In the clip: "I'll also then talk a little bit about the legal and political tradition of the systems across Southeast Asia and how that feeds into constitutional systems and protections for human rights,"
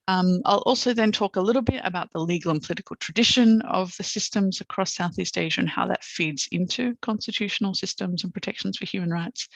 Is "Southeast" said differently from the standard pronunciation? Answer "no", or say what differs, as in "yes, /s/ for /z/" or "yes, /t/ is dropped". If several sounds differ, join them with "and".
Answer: no